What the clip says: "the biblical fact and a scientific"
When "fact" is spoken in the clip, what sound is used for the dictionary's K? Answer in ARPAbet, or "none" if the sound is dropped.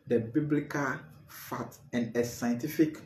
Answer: none